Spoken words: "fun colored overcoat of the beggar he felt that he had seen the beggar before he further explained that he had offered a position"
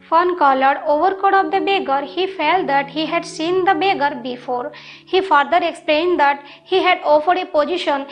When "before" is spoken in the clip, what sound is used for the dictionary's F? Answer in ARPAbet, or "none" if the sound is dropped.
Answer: F